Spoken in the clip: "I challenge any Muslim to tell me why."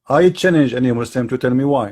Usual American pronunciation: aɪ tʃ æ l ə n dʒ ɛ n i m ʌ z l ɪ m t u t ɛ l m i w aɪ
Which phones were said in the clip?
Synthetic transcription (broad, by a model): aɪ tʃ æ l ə n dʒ ɛ n i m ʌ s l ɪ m t u t ɛ l m i w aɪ